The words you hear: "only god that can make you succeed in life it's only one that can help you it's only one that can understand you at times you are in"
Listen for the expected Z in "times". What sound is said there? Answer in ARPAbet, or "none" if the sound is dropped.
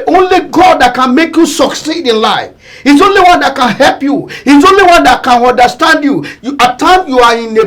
none